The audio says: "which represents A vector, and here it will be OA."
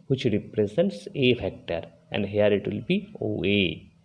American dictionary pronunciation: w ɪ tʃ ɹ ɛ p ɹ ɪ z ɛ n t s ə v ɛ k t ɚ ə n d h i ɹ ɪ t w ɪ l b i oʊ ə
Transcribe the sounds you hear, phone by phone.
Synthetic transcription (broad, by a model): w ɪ tʃ ɹ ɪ p ɹ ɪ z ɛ n t s ə f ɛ k t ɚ ə n d h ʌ ɹ ɪ t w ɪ l b i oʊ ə